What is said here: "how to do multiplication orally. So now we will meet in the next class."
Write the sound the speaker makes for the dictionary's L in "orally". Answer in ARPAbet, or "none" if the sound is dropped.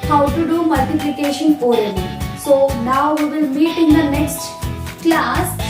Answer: N